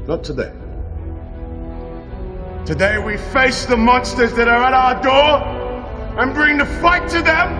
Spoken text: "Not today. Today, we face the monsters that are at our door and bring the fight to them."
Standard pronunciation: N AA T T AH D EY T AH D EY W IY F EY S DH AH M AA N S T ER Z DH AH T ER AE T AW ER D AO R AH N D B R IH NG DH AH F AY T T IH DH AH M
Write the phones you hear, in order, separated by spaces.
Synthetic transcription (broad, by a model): N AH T T AH D EY T AH D EY W IY F EY S DH AH M AA N S T ER Z DH AH T ER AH T AW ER D AO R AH N B R IH NG DH AH F AY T T IH DH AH M